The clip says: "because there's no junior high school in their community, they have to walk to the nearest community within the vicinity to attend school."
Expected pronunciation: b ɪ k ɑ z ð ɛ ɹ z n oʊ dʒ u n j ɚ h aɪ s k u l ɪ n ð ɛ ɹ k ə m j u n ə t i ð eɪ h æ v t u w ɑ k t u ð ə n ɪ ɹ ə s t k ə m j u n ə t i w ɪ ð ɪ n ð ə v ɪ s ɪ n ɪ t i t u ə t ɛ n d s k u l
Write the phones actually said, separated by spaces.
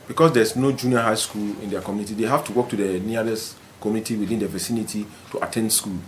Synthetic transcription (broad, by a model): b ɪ k ɑ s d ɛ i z n oʊ dʒ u n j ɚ h aɪ s k u l ɪ n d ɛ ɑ k ə m j u n ə t i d eɪ h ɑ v t u w ɑ k t u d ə n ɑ l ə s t k ə m j u n ə t i w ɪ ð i n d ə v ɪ s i n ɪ t i t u ə t ɛ n d s k u l